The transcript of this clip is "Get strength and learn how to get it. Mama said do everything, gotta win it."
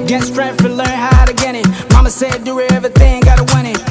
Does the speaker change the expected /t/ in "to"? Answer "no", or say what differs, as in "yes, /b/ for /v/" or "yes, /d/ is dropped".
no